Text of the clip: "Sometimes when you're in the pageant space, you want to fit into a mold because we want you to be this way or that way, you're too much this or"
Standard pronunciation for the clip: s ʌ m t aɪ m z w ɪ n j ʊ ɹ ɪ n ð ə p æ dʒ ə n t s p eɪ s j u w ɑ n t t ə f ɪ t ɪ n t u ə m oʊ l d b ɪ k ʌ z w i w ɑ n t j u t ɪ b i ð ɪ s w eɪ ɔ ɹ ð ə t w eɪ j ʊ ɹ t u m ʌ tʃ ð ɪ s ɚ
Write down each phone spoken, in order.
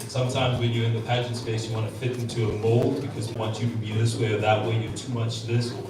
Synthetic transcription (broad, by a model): s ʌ m t aɪ m z w ɪ n j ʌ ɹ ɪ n ð ə p æ dʒ ə n t s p eɪ s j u w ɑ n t t ə f ɪ t ɪ n t u ə m oʊ l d b ɪ k ʌ z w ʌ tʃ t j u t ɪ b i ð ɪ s w eɪ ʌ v ð ə t w eɪ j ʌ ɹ t u m ʌ tʃ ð ɪ s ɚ